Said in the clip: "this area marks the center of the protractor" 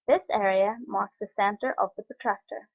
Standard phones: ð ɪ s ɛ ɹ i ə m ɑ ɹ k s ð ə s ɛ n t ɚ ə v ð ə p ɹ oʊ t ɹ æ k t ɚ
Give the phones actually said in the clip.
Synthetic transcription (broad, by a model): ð ɪ s ɛ ɹ i ə m ɑ ɹ k s ð ə s ɛ n t ɚ ə v ð ə p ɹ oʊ t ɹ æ k t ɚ